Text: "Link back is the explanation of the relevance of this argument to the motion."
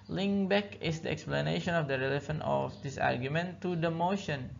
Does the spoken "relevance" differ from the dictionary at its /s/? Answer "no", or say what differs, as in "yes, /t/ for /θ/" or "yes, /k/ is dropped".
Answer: yes, /s/ is dropped